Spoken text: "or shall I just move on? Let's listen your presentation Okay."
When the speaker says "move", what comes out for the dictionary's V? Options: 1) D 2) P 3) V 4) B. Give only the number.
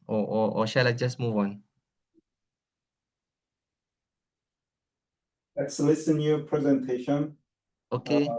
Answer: 3